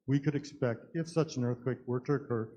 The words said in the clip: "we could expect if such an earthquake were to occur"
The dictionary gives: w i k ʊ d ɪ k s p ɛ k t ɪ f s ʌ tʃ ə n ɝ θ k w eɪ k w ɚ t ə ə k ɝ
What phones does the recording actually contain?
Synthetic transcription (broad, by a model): w i k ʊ d ɪ k s p ɛ k t ɪ f s ʌ tʃ ə n ɝ θ k w eɪ k w ɚ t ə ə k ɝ